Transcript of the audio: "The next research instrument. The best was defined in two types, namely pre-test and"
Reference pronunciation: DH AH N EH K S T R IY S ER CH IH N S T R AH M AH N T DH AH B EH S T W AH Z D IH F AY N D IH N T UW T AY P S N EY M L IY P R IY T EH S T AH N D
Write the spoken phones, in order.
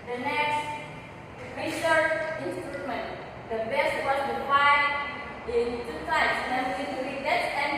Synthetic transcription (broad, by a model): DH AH N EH K S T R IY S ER IH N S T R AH M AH N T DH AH B EH S T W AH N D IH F AY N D IH N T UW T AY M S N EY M IY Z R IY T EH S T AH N